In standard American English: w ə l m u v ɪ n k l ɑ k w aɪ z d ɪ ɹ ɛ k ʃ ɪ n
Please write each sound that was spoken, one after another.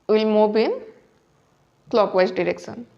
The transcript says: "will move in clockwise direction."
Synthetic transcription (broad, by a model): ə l m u b ɪ n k l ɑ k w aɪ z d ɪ ɹ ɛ k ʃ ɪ n